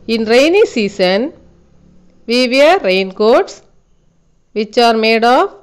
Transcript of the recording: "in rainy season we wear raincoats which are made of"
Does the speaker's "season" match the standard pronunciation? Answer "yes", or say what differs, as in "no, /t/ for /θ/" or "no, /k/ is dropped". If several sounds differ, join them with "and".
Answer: no, /s/ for /z/